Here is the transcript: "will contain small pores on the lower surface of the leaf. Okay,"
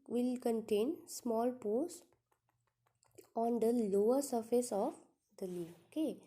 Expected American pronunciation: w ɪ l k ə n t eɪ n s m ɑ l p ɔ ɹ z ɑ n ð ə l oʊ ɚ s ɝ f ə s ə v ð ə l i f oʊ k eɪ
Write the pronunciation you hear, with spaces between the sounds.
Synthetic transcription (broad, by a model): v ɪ l k ə n t eɪ n s m ɑ l p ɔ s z ɑ n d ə l oʊ ɚ s ɝ f ə s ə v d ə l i oʊ k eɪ